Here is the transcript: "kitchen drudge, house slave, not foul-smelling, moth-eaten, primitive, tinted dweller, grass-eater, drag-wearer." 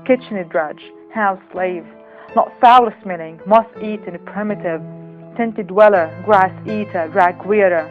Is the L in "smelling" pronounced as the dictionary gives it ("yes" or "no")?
no